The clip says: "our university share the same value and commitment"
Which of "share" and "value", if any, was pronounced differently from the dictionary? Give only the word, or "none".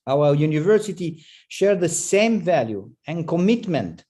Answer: none